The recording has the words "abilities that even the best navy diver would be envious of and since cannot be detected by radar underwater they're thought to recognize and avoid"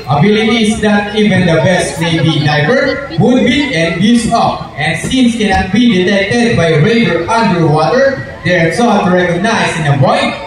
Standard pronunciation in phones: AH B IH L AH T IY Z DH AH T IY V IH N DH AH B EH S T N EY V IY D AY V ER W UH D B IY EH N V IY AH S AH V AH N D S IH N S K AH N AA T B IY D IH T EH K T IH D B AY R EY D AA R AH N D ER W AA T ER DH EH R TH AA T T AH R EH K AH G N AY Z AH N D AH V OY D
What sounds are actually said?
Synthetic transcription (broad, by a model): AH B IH L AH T IY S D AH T IY V IH N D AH B EH S T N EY B IY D AY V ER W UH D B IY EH N B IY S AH P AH N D S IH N S K AH N AA T B IY D IH T EH K T IH D B AY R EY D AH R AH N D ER W AA T ER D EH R S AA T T R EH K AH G N AY S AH N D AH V OY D